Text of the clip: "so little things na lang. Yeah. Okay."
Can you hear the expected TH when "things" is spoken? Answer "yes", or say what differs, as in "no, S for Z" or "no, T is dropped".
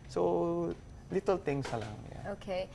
no, T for TH